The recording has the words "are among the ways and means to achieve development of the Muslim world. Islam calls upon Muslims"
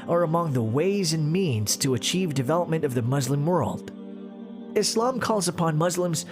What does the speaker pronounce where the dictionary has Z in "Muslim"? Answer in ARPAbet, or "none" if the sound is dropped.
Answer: Z